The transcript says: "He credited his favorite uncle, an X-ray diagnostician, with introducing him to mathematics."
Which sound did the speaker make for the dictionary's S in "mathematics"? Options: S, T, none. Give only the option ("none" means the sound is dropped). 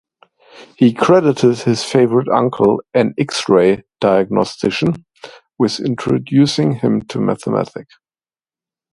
none